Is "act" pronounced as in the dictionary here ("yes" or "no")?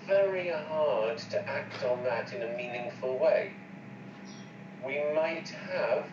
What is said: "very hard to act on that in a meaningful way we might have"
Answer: yes